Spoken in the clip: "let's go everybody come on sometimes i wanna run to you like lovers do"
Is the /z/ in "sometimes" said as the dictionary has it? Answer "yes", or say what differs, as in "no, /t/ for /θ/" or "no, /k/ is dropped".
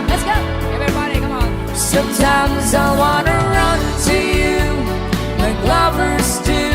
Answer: yes